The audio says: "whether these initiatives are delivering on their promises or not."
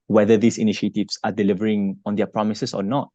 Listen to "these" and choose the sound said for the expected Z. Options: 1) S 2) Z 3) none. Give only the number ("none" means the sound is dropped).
1